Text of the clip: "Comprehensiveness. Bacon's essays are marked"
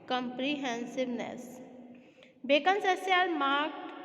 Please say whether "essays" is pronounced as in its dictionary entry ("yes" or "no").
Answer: no